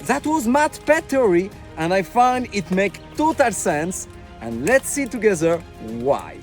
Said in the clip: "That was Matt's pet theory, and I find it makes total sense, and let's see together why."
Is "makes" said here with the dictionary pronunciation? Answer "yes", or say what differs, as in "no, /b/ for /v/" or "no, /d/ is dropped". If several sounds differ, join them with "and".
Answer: no, /s/ is dropped